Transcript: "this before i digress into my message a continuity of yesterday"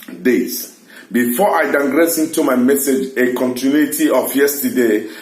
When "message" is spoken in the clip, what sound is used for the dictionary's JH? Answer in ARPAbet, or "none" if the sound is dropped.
JH